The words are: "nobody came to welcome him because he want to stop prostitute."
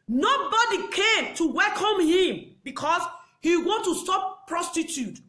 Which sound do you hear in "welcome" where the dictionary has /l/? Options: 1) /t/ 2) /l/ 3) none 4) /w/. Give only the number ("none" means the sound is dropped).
2